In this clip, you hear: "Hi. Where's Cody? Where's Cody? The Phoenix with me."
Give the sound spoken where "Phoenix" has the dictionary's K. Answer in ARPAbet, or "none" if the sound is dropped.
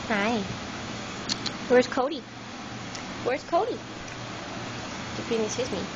none